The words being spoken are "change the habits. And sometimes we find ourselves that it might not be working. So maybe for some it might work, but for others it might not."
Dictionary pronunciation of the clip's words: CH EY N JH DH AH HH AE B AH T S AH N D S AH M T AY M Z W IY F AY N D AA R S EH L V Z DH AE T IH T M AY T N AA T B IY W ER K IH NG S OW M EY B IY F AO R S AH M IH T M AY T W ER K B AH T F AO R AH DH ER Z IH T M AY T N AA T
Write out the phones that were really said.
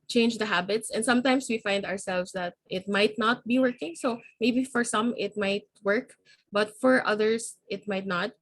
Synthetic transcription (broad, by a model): CH EY N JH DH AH HH AE B AH T S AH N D S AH M T AY M S W IY F AY N D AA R S EH L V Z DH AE T IH T M AY T N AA T B IY W ER K IH NG S OW M EY B IY F AO R S AH M IH T M AY T W ER K B AH T F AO R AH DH ER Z IH T M AY T N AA T